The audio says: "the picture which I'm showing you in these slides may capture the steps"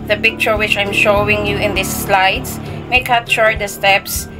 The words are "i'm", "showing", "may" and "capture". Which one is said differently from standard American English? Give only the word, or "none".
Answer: capture